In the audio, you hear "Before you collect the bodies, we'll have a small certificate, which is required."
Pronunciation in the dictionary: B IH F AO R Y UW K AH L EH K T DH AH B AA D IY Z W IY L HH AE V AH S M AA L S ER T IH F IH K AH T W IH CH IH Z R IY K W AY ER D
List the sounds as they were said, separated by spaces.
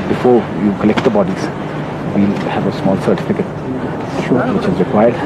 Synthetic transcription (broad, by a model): B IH F AO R Y UW K AH L EH K T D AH B AA D IY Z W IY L HH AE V AH S M AA L S ER T IH F IH K AH T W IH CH IH Z R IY K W AY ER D